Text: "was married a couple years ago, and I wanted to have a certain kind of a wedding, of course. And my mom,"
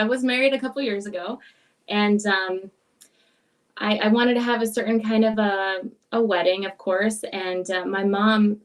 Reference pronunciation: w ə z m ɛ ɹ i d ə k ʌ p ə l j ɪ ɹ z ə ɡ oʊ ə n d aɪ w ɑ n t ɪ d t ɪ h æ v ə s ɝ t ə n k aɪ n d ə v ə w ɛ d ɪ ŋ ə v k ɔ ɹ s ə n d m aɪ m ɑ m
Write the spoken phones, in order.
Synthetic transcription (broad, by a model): w ə z m ɛ ɹ i d ə k ʌ p l j ɪ ɹ z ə ɡ oʊ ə n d aɪ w ɑ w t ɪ d t ɪ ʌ v ə s ɝ t n k aɪ n d ə v ə w ɛ d ɪ ŋ ə v k ɔ ɹ s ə n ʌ m aɪ m ɑ m